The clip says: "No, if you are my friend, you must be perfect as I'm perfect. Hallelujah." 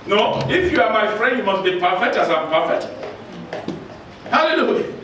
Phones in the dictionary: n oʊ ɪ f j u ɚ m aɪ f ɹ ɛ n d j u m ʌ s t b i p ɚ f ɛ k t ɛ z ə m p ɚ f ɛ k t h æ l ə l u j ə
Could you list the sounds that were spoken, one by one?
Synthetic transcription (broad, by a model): n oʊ ɪ f j u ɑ m aɪ f ɹ ɛ n d j u m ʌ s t b i p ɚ f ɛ k t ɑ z ə m p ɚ f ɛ k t h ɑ l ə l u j